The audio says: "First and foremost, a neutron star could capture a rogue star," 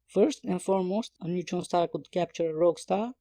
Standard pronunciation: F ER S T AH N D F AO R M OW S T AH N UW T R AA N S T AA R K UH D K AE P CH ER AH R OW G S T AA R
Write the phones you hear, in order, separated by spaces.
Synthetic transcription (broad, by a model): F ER S T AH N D F AO R M OW S T AH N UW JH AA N S T AA R K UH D K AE P CH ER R OW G S T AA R